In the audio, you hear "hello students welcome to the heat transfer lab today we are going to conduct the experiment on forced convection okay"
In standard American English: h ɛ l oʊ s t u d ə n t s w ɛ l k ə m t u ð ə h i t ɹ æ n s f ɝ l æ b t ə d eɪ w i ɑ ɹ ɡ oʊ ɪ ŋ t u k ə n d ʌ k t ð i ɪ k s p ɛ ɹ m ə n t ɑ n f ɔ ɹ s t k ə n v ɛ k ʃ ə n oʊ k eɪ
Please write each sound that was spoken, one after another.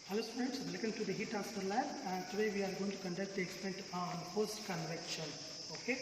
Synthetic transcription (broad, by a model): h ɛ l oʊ s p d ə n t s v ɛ l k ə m t u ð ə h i t æ s ɝ l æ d t ə d eɪ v i ɑ ɹ ɡ oʊ ɪ ŋ t u k ə n d ʌ k t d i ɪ k s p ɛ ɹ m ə n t ɑ n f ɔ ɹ s t k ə n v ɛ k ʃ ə n oʊ k eɪ